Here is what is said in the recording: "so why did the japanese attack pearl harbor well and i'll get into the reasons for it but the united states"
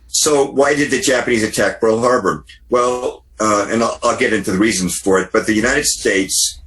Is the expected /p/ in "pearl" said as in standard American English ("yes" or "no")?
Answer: no